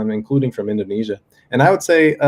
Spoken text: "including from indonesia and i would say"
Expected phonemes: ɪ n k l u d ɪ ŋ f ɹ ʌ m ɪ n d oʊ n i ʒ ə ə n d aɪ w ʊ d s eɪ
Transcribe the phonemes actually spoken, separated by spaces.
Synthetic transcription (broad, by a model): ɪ n k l u d ɪ ŋ f ɹ ʌ m ɪ n d oʊ n i ʒ ə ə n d aɪ w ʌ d s eɪ